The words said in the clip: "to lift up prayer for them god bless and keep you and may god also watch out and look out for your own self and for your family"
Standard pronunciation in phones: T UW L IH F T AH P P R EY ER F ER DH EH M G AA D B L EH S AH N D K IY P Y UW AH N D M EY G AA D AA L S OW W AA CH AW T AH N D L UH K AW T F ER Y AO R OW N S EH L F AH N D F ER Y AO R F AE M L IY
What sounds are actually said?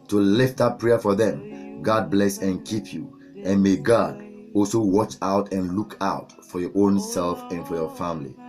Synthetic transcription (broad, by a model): T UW L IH F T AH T P R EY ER F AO DH EH M G AA D B L EH S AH N K IY P Y UW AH N M EY G AA D AA L S OW W AA CH AW T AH N L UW K AW T F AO Y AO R OW N S EH L F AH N F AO Y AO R F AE M L IY